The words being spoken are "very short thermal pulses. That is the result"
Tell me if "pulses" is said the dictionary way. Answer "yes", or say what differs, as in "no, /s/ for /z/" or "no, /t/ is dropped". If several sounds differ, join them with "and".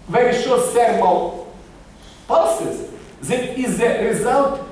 no, /l/ is dropped